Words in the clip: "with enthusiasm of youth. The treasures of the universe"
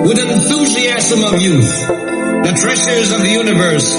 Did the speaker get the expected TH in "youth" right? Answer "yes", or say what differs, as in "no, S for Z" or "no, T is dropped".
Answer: yes